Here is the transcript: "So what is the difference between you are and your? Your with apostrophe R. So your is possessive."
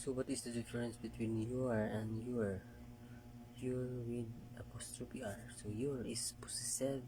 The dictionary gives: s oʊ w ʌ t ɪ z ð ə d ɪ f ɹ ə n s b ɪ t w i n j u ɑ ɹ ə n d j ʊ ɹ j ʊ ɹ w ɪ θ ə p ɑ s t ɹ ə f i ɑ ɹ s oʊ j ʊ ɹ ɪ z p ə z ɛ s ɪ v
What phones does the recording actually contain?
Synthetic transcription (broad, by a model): s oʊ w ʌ t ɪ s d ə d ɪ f ɹ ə n s b ɪ t w i n j u ɑ ɹ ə n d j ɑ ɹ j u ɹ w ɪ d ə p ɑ s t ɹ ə p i ɑ ɹ s oʊ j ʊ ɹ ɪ s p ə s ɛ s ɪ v